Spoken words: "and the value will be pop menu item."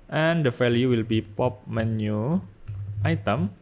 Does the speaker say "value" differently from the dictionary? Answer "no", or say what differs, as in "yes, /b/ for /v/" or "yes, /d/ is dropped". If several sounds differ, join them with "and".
yes, /f/ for /v/